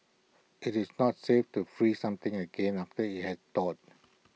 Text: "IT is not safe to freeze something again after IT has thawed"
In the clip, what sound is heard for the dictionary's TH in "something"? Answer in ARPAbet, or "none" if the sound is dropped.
T